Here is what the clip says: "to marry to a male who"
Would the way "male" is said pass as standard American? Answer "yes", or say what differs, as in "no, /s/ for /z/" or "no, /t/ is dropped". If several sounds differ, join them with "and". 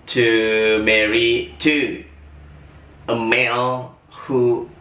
no, /n/ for /l/